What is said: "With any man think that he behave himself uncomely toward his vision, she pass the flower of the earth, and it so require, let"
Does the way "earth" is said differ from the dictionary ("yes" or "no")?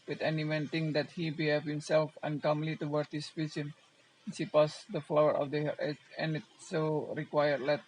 yes